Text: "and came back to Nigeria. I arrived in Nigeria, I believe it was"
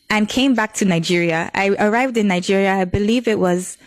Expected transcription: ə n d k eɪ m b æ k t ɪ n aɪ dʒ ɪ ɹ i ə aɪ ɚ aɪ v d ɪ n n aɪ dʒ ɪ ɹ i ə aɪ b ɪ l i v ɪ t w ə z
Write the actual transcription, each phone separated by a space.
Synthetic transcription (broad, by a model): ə n k eɪ m b æ k t ɪ n aɪ dʒ ɪ ɹ i ə aɪ ɚ aɪ v d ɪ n n aɪ dʒ ɪ ɹ i ə aɪ b ɪ l i v ɪ t w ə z